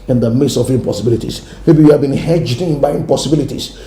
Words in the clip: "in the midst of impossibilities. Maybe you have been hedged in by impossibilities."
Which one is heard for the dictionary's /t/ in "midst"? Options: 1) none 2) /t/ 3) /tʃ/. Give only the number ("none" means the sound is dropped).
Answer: 1